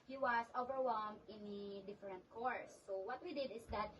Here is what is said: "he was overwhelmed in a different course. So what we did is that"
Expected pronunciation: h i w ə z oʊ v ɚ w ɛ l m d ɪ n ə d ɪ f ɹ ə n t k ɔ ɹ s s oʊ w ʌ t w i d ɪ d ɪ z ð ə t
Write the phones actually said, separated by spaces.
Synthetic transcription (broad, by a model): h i w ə s oʊ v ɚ w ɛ l m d ɪ n ə d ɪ f ɹ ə n t k ɔ ɹ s s oʊ w ʌ t w i d ɪ d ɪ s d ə t